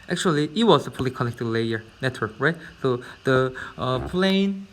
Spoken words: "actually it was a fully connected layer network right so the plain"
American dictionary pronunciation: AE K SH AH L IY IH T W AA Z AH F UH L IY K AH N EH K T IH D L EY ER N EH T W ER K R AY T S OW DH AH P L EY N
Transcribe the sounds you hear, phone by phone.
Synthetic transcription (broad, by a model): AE K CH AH L IY IH T W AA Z AH P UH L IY K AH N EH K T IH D L EY ER N EH T W ER K R AY T S OW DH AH P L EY N